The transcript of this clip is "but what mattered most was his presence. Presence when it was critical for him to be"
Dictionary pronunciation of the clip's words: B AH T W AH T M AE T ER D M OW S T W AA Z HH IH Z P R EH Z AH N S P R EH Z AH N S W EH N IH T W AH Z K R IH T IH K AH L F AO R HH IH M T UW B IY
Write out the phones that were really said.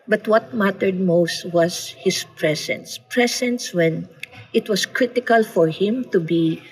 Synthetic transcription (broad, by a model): B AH T W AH T M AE T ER D M OW S T W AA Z HH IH S P R EH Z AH N S P R EH S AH N S W EH N IH T W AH S K R IH T IH K AH L F AO R HH IH M T UW B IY